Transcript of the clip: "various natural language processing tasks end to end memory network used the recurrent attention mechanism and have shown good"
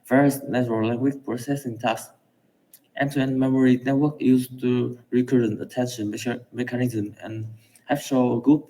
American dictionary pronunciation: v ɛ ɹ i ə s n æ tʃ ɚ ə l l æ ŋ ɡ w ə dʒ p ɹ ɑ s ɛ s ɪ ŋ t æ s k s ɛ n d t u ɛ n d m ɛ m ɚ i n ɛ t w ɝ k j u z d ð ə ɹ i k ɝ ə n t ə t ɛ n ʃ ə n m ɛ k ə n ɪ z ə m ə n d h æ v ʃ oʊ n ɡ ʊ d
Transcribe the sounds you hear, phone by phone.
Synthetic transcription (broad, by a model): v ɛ ɹ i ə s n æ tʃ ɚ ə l l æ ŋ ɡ w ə tʃ p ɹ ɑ s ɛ s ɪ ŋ t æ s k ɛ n t u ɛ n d m ɛ m ɚ i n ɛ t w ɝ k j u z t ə ɹ i k ɝ ə n t ə t ɛ n ʃ ə n m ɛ k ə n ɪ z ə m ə n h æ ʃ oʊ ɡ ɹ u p